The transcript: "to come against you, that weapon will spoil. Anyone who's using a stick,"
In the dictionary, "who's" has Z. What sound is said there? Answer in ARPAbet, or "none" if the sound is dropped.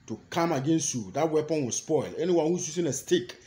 S